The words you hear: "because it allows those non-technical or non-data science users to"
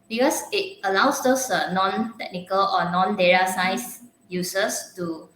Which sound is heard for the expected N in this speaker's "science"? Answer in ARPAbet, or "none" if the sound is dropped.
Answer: none